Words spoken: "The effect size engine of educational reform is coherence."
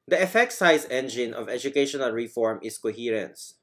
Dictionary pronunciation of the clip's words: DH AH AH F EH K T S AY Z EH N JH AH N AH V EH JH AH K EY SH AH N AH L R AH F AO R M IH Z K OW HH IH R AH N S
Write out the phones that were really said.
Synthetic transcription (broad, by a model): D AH AH F EH K T S AY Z EH N JH AH N AH V EH JH AH K EY SH AH N AH L R AH F AO R M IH S K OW HH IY R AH N S